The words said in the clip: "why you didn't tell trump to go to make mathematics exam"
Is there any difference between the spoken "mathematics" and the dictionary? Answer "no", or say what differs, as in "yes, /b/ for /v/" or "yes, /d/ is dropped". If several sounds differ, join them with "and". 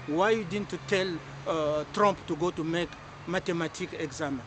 yes, /t/ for /θ/ and /s/ is dropped